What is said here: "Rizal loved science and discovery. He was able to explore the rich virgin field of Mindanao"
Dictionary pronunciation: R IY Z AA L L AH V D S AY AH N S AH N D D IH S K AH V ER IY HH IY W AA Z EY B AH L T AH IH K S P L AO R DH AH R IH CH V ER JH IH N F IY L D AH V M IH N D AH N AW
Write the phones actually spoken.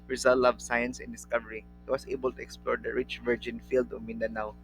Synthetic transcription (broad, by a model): R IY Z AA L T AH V S AY AH N S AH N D D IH S K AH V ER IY HH IY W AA S EY B AH L T AH IH K S P L AO R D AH R IH CH V ER JH IH N F IY L D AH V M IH N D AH N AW